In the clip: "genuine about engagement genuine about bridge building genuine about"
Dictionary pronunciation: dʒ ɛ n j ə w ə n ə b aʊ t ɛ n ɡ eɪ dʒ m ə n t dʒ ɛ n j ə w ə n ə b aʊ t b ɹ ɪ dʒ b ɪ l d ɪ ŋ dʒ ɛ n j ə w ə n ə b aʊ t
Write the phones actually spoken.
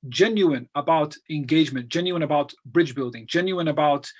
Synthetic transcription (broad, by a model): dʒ ɛ n j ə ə n ə b aʊ t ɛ n ɡ eɪ dʒ m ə n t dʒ ɛ n j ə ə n ə b aʊ t b ɹ ɪ dʒ b ɪ l d ɪ ŋ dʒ ɛ n j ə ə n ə b aʊ t